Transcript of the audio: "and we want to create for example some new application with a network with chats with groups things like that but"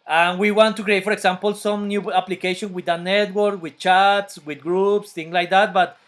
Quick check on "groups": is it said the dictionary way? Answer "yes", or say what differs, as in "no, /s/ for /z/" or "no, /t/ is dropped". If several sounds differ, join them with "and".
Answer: yes